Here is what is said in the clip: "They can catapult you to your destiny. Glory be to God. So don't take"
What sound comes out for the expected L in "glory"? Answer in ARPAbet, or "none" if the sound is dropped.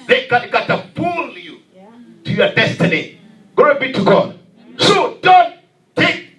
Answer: none